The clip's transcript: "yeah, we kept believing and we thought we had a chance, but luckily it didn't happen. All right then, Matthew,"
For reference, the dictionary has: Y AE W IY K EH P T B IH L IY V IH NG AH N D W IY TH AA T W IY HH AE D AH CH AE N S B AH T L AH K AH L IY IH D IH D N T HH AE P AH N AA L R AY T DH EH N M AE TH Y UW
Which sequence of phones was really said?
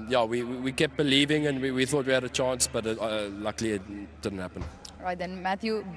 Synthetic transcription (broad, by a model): Y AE W IY K EH P B IH L IY V IH NG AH N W W IY TH AA T W IY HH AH D AH CH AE N S B AH T L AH K L IY IH D IH D N T HH AE P AH N R AY T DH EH N M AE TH Y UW